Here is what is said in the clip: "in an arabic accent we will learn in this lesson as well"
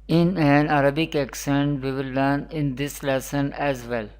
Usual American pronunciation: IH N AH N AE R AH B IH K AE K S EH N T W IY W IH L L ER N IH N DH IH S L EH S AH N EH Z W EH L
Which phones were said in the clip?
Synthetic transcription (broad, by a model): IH N AH N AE R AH B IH K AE K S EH N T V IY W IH L N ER N IH N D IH S L EH S AH N EH Z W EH L